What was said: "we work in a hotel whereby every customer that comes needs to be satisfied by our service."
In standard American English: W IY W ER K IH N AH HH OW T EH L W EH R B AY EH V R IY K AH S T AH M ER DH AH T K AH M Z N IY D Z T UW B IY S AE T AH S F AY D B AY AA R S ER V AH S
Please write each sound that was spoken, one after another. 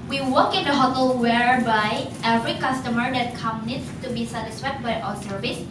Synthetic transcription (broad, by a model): W IY W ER K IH N AH HH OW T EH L W EH R B AY EH V R IY K AH S T AH M ER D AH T K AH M N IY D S T UW B IY S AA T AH S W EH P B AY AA S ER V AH S